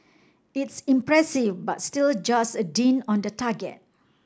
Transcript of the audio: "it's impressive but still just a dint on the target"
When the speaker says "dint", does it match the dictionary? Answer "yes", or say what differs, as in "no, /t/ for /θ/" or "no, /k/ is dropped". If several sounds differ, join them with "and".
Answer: no, /t/ is dropped